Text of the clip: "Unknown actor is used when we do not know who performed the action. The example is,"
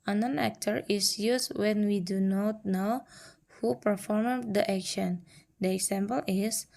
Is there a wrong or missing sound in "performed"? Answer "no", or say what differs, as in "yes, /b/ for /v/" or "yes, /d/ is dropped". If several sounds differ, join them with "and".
no